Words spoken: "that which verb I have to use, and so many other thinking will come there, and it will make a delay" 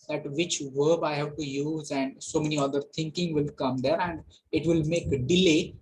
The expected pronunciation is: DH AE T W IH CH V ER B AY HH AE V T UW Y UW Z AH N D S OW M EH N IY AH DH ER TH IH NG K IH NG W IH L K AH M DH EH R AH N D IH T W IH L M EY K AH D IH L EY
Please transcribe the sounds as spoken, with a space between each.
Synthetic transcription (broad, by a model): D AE T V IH CH V ER B AY HH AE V T UW Y UW Z AH N D S OW M EH N IY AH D ER T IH NG K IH NG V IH L K AH M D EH R AH N D IH T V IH L M EY K AH D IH L EY